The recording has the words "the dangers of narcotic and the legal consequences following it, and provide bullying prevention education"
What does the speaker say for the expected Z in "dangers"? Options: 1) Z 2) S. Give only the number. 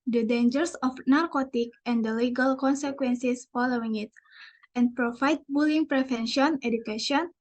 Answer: 2